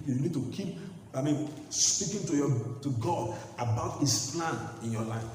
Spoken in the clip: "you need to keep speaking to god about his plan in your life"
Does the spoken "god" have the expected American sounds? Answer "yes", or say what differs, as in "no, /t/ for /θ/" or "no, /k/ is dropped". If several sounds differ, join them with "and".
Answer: yes